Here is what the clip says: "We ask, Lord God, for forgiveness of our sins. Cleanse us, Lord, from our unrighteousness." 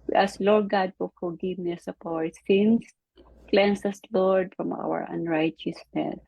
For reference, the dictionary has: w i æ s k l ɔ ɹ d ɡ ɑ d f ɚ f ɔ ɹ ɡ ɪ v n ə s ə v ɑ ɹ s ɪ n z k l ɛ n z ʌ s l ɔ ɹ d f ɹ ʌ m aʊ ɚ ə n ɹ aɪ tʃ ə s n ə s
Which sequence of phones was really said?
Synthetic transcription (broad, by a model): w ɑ s l ɔ ɹ d ɡ ɑ d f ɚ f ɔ ɹ ɡ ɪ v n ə s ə p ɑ ɹ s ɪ n s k l ɛ n s ʌ s l ɔ ɹ d f ɹ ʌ m aʊ ɚ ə n ɹ aɪ tʃ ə s n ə s